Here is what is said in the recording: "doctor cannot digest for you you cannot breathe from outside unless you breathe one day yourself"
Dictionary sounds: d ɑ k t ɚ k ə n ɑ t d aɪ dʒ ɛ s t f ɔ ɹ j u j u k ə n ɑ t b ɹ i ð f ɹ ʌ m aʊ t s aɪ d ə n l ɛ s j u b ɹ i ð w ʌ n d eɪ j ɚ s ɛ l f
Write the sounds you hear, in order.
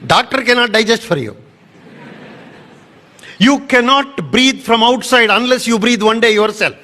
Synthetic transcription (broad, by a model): d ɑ k t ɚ k ə n ɑ t d aɪ dʒ ɛ s t f ɔ ɹ j u j u k ə n ɑ t b ɹ i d f ɹ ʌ m aʊ t s aɪ d ə n l ɛ s j u b ɹ i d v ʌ n d eɪ j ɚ s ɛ l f